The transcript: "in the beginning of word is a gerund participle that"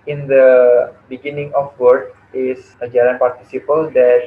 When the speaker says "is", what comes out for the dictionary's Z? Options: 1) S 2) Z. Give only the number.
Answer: 1